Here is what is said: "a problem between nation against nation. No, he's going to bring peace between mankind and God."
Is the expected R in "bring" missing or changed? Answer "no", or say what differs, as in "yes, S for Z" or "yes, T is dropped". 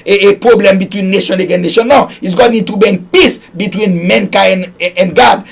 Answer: yes, R is dropped